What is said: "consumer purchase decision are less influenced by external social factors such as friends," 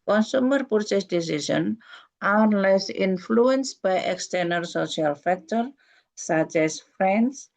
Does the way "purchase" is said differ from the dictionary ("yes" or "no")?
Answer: yes